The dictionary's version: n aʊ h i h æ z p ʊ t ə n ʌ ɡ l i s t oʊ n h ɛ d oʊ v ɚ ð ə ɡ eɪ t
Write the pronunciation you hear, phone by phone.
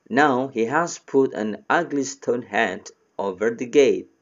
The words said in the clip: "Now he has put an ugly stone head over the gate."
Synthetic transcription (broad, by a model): n aʊ h i h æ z p ʊ t ə n ʌ ɡ l i s t oʊ n h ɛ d oʊ v ɚ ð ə ɡ eɪ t